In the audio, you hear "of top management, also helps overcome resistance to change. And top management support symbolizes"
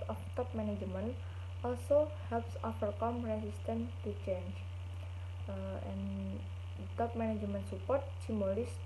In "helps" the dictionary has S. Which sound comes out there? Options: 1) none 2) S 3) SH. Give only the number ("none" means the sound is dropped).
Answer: 2